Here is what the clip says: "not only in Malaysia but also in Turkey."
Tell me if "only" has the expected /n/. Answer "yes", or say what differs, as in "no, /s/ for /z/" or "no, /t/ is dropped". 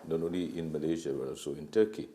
no, /n/ is dropped